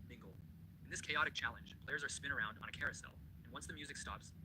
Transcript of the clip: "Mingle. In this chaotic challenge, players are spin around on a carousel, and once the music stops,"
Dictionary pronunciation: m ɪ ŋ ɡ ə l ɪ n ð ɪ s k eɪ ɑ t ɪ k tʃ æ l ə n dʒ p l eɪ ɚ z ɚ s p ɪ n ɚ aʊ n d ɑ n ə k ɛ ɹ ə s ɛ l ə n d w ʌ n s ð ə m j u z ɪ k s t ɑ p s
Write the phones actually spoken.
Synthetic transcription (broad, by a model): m ɪ ŋ ɡ l ɪ n ð ɪ s k eɪ ɑ t ɪ k tʃ æ l ə n dʒ p l eɪ ɚ z ɚ s p ɪ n ɚ aʊ n d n ə k ɛ ɹ ə s ɛ l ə n w ʌ n s ð ə m j u z ɪ k s t ɑ p s